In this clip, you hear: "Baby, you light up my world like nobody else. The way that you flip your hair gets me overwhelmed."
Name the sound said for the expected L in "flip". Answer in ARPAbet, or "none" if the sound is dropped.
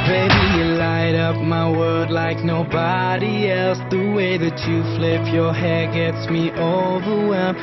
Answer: L